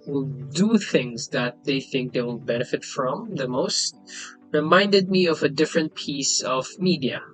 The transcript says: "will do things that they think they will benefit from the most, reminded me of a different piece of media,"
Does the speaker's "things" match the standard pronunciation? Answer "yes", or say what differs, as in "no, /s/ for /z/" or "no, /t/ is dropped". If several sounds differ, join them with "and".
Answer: yes